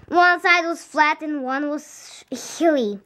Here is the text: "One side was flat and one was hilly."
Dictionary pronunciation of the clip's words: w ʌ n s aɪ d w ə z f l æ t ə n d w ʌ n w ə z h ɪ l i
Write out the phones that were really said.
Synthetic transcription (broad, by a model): w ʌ n s aɪ d w ə z f l æ t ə n w ʌ n w ə z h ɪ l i